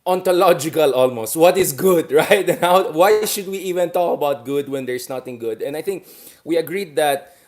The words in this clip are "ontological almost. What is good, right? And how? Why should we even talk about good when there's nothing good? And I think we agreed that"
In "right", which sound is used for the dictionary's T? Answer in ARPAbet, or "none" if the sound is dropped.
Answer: T